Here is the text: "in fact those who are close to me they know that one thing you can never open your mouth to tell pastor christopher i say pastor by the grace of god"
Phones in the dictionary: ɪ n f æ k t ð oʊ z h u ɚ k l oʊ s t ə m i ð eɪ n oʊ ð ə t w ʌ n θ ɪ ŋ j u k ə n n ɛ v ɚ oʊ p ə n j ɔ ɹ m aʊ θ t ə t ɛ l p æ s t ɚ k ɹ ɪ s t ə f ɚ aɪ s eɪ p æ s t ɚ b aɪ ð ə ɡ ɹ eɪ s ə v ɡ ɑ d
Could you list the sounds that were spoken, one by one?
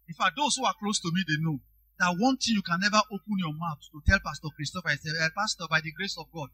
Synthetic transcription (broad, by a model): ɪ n f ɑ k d oʊ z h u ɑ k l oʊ s t ə m i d eɪ n oʊ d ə t w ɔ n t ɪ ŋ j u k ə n n ɛ v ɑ oʊ p ə n j ɔ m aʊ t t ə t ɛ l p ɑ s t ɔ k ɹ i s t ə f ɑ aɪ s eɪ p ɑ s t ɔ b aɪ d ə ɡ ɹ eɪ s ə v ɡ ɑ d